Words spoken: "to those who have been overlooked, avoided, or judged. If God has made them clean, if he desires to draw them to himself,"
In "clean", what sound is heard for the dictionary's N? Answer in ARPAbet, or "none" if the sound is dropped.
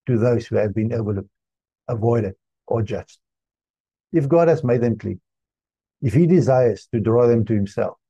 none